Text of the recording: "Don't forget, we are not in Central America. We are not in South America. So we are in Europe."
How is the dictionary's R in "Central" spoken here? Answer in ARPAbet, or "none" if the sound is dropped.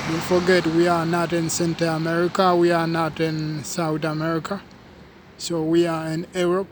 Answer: none